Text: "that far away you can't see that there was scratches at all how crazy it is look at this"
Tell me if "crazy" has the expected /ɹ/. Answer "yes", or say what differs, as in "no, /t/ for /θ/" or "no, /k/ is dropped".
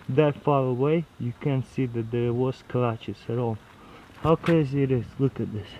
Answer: no, /ɹ/ is dropped